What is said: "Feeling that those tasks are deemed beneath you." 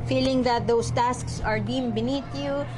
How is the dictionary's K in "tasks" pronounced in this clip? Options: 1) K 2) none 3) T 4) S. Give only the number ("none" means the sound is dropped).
1